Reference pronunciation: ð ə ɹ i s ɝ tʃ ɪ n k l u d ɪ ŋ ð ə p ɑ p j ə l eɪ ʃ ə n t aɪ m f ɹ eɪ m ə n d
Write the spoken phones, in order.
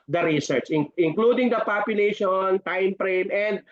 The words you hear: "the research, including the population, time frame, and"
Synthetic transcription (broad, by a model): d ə ɹ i s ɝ tʃ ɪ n k l u d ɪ ŋ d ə p ɑ p j ə l eɪ ʃ ə n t aɪ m p ɹ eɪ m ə n d